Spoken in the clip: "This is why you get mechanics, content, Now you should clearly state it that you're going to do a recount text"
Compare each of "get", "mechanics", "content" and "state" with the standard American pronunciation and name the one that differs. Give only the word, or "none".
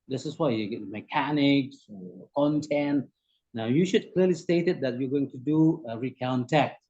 none